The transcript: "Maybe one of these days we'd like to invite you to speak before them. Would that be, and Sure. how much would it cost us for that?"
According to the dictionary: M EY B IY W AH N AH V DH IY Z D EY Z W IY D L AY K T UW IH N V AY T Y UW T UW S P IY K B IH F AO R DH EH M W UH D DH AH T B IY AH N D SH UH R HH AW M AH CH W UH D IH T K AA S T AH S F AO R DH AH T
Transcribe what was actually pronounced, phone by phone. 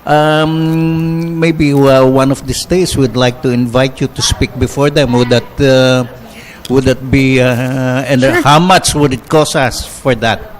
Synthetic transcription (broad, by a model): M EY B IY W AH N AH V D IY S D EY S W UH D L AY K T UW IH N V AY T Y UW T UW S P IY K B IH F AO R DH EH M W UH D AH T B IY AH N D HH AW M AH CH W UH D IH T K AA S AH S F AO R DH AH T